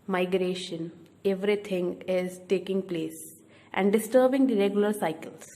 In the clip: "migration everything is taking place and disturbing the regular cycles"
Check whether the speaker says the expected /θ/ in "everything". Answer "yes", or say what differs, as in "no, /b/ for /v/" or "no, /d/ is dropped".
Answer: no, /t/ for /θ/